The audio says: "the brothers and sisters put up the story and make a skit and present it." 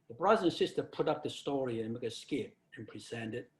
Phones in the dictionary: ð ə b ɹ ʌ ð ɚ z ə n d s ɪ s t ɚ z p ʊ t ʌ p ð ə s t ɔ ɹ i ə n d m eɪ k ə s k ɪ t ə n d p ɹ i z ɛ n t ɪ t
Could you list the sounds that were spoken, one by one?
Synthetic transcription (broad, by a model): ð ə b ɹ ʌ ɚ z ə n s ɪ s t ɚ p ʊ t ʌ p ð ə s t ɔ ɹ i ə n m eɪ k ə s k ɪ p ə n p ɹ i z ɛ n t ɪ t